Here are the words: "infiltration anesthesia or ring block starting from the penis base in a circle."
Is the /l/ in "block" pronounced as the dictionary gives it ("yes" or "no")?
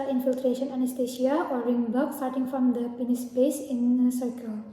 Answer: no